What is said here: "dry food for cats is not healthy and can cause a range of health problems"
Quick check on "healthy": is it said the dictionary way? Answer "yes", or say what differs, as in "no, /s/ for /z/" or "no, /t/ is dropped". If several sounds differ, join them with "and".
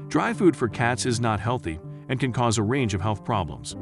yes